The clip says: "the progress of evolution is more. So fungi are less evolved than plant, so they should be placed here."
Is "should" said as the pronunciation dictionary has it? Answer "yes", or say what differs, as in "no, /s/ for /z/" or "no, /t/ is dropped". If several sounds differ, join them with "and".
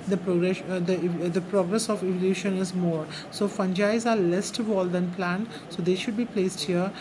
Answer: yes